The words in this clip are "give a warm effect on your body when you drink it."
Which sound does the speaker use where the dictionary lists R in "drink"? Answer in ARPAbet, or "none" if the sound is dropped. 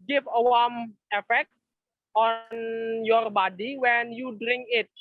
R